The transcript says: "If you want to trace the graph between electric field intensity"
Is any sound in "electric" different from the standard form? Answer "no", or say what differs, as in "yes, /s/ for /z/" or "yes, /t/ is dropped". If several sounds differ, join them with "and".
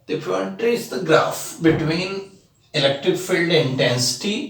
no